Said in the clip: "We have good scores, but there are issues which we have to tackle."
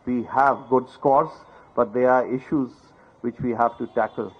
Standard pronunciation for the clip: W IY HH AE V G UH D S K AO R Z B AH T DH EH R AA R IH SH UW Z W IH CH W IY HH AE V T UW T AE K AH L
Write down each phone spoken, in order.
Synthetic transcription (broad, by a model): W IY HH AE V G UH D S K AO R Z B AH T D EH R AA R IH SH UW Z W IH CH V IY HH AE V T UW T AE K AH L